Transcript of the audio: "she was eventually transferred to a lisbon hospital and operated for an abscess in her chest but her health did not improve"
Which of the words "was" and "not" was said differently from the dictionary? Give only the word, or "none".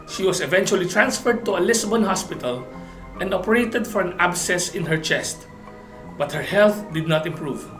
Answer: was